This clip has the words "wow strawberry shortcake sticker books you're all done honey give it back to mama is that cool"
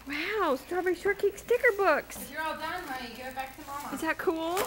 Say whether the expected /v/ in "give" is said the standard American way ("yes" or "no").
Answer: no